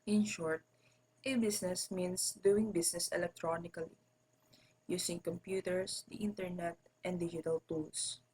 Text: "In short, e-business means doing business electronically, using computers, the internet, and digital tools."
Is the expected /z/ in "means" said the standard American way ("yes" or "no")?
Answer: no